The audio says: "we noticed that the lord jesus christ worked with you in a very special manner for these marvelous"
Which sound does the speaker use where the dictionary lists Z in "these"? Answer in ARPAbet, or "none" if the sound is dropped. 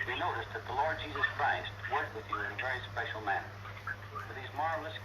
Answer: Z